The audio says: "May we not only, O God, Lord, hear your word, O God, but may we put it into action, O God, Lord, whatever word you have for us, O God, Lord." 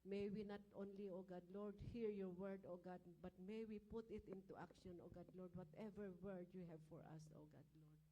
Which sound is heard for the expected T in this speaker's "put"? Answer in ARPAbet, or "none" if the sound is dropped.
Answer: T